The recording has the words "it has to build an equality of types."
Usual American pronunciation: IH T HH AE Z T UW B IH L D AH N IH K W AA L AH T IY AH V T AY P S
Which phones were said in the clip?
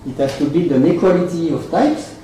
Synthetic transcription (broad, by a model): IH T HH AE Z T UW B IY D AH N IH K W AA L AH T IY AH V T AY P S